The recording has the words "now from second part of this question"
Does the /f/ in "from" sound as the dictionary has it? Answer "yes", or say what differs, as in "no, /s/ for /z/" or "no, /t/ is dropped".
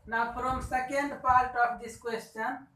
no, /p/ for /f/